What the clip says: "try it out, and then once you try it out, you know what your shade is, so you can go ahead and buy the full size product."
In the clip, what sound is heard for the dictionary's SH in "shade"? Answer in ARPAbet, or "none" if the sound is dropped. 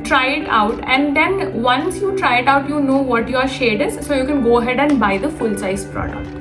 SH